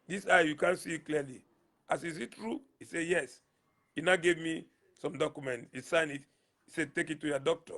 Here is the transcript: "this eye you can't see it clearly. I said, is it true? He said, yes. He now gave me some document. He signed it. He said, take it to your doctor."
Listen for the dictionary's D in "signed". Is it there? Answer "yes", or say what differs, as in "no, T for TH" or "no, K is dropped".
no, D is dropped